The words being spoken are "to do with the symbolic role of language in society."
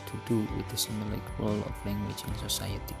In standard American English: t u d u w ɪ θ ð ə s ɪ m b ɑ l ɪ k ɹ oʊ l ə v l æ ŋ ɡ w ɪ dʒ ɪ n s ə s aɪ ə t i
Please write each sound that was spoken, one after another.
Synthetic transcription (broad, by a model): t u d u w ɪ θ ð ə s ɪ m ɑ l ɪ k ɹ oʊ l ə f l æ ŋ ɡ w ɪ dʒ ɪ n s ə s aɪ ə t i